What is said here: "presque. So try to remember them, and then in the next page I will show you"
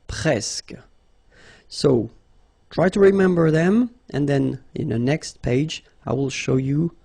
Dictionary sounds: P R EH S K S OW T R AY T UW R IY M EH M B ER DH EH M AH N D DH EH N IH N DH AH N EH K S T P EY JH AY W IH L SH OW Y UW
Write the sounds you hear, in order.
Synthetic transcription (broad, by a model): P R EH S K S OW T R AY T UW R IY M EH M B ER DH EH M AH N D DH EH N IH N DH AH N EH K S T P EY JH AY W IH L SH OW Y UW